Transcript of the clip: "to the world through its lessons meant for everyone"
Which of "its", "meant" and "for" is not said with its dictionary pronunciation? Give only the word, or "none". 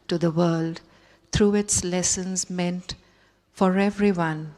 none